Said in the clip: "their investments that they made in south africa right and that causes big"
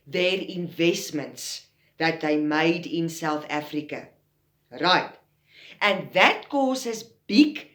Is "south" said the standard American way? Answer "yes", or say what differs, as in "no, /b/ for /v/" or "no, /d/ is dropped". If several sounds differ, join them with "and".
yes